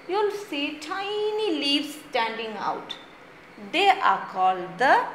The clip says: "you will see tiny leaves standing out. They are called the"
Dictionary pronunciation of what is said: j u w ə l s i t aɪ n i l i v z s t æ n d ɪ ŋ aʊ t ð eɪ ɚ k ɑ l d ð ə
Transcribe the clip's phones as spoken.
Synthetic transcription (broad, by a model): j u l s i t aɪ n i l i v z s t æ n d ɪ ŋ aʊ t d eɪ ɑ k ɑ l d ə